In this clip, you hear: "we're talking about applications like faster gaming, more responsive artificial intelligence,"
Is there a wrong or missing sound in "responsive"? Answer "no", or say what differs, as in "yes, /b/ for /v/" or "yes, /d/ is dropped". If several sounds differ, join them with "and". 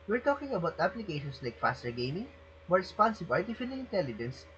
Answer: yes, /b/ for /v/